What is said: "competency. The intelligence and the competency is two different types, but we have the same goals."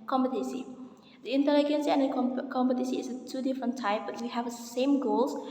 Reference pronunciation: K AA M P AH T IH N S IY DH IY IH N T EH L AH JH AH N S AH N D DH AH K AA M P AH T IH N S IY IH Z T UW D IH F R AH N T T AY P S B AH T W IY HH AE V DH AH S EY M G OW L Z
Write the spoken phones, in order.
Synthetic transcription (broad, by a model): K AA M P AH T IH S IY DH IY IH N T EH L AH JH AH N S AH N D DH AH K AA M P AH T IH S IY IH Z T UW D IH F R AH N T T AY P B AH T W IY HH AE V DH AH S EY M G OW L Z